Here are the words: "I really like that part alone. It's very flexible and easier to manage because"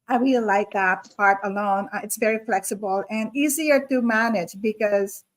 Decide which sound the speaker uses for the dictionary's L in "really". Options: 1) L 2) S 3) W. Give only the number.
3